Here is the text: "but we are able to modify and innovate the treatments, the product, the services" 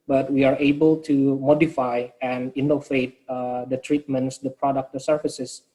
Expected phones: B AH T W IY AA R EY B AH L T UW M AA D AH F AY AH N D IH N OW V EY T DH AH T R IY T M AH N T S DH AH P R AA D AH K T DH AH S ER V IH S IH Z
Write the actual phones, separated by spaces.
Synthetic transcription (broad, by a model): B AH T W IY AA R EY B AH L T UW M AA D AH F AY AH N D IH N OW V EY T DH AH T R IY T M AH N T S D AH P R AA D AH K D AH S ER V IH S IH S